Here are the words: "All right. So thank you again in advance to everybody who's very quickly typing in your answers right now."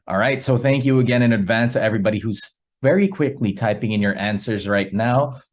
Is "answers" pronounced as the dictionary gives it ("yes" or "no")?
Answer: yes